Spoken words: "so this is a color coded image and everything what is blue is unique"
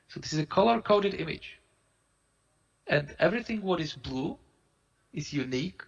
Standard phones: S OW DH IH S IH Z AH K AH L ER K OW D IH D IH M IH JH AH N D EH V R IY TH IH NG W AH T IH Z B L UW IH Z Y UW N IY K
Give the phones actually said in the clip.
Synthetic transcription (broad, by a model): S OW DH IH S IH Z AH K AH L ER K OW D IH D IH M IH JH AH N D EH V R IY TH IH NG W AH T IH Z B L UW IH Z Y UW N IY K